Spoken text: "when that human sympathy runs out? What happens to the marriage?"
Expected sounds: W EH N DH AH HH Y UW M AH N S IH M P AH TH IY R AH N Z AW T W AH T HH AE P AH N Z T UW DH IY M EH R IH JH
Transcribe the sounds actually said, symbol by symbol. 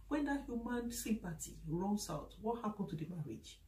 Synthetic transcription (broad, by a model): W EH N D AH HH Y UW M AH N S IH P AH T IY R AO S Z AW T W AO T HH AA P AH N T UW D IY M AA R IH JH